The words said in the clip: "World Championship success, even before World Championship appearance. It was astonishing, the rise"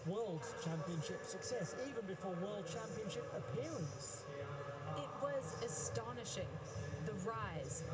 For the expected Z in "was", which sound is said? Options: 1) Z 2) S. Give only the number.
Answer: 1